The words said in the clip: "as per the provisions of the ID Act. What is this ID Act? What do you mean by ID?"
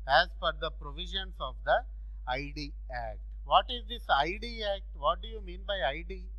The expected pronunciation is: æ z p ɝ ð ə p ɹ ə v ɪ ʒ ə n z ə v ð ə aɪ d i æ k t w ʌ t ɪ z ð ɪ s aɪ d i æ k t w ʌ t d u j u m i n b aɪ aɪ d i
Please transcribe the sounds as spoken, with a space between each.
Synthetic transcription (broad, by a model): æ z f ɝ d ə p ɹ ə v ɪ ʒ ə n s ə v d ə aɪ d i æ k t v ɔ t ɪ z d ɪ s aɪ d i æ k t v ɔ t d u j u m i n b aɪ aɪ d i